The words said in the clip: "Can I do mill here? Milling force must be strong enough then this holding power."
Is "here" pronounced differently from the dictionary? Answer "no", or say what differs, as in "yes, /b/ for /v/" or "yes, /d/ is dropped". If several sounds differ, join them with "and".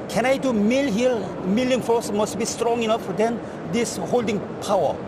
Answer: yes, /l/ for /ɹ/